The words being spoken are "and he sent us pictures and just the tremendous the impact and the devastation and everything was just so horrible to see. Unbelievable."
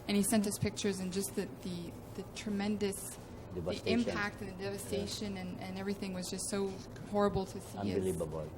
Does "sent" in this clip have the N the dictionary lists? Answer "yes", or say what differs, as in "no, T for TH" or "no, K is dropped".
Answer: yes